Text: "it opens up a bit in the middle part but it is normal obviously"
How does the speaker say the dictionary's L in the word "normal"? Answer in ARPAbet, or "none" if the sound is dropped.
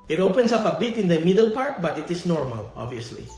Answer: L